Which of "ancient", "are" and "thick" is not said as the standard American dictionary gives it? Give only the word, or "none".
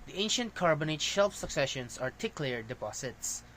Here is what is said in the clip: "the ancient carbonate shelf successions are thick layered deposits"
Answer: thick